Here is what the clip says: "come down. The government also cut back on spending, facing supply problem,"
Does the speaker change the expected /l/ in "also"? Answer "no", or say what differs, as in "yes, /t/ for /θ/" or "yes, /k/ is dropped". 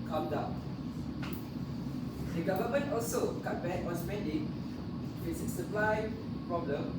no